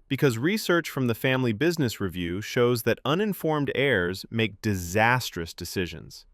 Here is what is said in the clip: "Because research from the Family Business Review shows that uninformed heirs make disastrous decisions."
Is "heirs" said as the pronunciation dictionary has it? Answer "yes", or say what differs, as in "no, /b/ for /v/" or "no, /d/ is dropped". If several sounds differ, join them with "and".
yes